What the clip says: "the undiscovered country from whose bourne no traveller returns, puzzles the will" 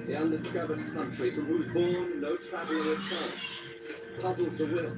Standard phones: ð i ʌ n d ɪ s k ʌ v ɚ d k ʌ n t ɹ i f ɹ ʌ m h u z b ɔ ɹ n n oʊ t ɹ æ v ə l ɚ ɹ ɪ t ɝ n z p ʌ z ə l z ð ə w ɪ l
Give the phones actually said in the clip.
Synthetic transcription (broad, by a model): ð i ʌ n d ɪ s k ʌ v ɚ d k ʌ n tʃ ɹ i f ɹ ʌ m h u z b ɔ ɹ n n oʊ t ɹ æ v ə l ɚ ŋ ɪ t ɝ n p ʌ z l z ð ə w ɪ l